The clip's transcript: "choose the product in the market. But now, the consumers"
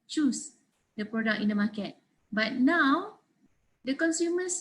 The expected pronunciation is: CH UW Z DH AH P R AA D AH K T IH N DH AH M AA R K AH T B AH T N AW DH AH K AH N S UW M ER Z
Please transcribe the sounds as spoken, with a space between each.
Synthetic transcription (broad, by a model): CH UW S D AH P R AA D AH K IH N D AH M AA K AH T B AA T N AW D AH K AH N S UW M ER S